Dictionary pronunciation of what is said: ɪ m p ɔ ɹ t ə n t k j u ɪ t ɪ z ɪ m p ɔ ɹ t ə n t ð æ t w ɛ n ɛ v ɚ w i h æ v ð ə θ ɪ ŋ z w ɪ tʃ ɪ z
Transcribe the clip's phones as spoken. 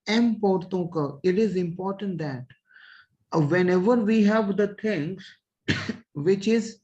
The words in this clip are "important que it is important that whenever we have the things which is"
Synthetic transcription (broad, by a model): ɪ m p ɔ ɹ t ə k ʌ ɪ t ɪ z ɪ m p ɔ ɹ t ə n t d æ t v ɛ n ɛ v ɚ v i h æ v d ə t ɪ ŋ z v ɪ tʃ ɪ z